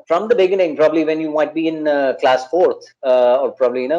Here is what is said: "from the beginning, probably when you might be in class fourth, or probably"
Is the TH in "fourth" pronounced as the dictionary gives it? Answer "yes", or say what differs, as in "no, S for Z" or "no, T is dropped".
no, T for TH